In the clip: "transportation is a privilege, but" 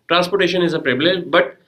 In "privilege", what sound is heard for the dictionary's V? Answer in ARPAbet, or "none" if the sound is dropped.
B